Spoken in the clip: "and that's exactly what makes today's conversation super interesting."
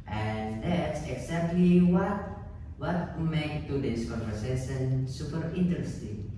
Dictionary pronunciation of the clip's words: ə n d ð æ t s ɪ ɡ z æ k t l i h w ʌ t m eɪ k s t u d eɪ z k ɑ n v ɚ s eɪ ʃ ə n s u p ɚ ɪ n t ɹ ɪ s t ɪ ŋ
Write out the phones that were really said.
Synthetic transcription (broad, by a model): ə n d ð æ t s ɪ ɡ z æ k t l i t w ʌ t m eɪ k t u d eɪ s k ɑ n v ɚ s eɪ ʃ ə n s u p ɚ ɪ n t ɹ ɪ s t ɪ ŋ